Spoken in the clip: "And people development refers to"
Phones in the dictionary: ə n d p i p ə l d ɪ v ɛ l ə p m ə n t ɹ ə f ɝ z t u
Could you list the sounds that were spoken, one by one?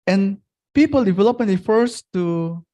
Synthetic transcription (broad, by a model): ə n p i p ə l d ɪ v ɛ l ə p ə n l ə f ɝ s t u